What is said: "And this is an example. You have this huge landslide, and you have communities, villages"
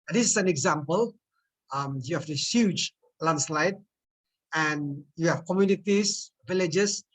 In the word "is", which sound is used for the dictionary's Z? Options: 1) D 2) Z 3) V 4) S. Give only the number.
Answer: 4